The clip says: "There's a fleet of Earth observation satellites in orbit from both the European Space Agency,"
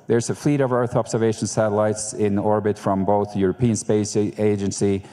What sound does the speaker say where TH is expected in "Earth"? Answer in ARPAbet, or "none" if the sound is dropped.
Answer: TH